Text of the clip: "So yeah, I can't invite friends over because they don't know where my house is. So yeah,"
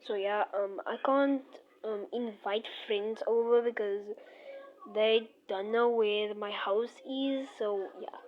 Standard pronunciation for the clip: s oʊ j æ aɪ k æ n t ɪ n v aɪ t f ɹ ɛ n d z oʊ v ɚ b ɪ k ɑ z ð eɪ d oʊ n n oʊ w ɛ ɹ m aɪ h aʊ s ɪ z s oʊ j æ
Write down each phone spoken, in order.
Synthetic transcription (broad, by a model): s oʊ j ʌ aɪ k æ n t ɪ n v aɪ t f ɹ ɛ n d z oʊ v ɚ b ɪ k ɑ z ð eɪ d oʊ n n oʊ w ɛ m aɪ h aʊ s ɪ z s oʊ j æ